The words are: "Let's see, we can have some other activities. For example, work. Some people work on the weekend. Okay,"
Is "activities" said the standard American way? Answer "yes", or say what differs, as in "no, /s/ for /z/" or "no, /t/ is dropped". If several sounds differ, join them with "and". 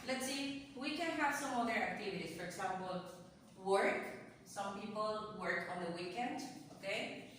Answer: no, /s/ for /z/